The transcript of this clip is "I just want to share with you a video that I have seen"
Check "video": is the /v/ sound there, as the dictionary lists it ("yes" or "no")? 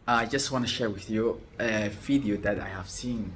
no